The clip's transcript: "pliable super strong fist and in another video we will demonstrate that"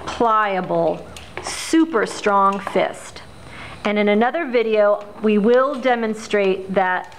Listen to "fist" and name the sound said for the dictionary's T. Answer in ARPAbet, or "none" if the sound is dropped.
T